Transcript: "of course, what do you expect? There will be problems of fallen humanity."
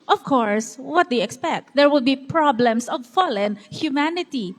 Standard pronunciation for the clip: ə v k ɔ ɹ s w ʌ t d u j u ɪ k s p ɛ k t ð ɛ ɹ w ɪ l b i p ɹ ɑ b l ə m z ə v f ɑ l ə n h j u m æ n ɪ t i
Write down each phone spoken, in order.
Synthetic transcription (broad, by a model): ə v k ɔ ɹ s w ʌ t d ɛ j ɪ k s p ɛ k t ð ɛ ɹ w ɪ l b i p ɹ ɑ b l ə m s ə v f ɑ l ə n h j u m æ n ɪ t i